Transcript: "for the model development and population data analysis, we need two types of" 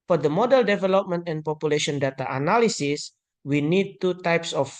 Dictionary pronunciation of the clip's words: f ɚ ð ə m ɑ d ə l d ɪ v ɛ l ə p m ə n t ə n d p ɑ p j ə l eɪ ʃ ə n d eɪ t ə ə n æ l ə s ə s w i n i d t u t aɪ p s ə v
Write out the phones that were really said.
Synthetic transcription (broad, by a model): f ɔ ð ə m ɑ d ə l d ɪ v ɛ l ə p m ə n t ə n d p ɑ p j ə l eɪ ʃ ə n d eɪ t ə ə n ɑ l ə s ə s w i n i d t u t aɪ p s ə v